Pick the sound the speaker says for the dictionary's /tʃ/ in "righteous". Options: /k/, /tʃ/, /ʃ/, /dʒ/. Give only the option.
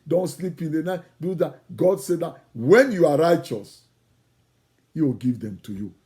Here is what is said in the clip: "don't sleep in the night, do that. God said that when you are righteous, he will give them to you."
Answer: /tʃ/